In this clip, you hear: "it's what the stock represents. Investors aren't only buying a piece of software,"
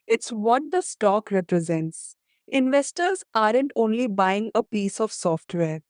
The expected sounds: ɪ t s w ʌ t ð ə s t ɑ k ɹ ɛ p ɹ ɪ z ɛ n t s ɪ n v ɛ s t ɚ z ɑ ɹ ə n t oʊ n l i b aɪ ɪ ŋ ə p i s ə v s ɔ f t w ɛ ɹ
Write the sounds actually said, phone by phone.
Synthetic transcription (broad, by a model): ɪ t s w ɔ t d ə s t ɑ k ɹ ɛ p ɹ ɪ z ɛ n t s ɪ n v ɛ s t ɚ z ɑ ɹ ə n t oʊ n l i b aɪ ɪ ŋ ə p i s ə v s ɔ f t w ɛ ɹ